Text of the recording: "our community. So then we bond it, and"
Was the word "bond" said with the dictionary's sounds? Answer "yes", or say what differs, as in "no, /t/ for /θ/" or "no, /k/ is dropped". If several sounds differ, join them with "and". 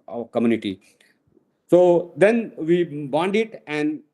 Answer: yes